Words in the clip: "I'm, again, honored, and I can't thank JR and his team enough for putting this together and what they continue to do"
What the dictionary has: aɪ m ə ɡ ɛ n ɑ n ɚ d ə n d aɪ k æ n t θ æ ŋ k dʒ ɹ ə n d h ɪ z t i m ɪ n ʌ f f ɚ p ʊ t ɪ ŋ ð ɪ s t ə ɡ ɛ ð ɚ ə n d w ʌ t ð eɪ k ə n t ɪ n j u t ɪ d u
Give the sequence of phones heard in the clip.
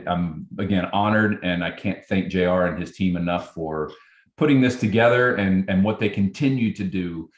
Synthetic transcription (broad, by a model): aɪ m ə ɡ ɛ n ɑ n ɚ d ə n aɪ k æ n θ æ ŋ k ʒ ɹ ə n ɪ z t i m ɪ n ʌ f f ɚ p ʊ t ɪ ŋ ð ɪ s t ə ɡ ɛ ð ɚ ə n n w ʌ t ð eɪ k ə n t ɪ n j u t ɪ d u